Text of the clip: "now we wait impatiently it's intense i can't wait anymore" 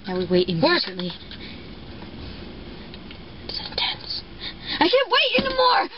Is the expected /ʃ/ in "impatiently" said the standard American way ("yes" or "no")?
no